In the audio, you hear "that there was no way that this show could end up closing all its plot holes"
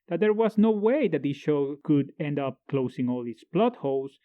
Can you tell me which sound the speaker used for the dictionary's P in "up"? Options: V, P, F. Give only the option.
P